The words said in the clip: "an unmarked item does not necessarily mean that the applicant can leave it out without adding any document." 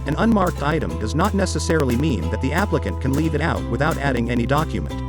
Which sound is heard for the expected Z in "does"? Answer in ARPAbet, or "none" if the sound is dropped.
Z